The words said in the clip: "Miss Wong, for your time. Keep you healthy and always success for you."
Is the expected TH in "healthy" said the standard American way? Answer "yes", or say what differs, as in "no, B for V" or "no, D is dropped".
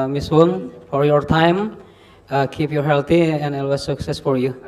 no, T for TH